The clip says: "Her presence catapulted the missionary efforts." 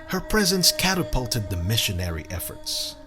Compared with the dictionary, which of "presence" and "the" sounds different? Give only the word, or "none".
none